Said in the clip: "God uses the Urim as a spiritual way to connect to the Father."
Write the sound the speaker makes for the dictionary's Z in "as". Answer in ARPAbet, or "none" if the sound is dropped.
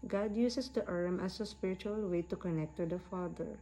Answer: S